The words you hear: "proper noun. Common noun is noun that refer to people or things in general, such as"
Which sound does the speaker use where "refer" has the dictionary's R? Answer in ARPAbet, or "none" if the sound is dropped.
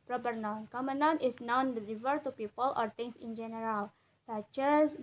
L